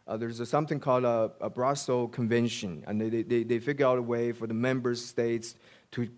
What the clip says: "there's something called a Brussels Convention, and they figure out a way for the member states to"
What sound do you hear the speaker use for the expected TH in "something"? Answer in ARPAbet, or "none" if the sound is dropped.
TH